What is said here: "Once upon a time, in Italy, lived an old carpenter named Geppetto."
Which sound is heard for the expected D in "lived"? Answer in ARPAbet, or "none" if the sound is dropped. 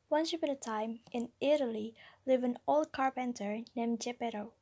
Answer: none